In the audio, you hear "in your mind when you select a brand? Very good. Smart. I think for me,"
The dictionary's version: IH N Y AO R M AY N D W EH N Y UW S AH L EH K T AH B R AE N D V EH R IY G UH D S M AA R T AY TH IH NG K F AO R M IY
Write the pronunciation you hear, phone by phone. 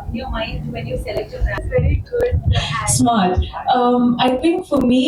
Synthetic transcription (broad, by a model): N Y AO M AY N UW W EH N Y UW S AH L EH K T AH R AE D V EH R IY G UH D S M AA R T AY T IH NG K F AO R M IY